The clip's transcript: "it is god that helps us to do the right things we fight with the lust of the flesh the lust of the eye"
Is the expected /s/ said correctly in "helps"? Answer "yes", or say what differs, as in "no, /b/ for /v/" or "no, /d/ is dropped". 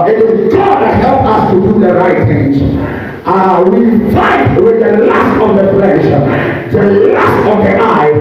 no, /s/ is dropped